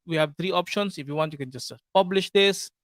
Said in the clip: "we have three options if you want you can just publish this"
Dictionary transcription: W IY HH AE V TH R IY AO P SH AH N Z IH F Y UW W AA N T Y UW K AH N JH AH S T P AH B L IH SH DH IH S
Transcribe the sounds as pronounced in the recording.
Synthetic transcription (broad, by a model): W IY HH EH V T R IY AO P SH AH N S IH F Y UW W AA N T Y UW K AH N JH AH S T P AH B L IH SH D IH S